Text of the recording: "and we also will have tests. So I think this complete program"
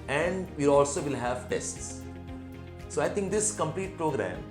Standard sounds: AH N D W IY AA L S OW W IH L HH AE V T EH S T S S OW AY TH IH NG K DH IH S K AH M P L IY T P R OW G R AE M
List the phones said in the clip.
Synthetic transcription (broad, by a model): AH N D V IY AA L S OW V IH L HH AE V T EH S T S S OW AY T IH NG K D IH S K AH M P L IY T P R OW G R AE M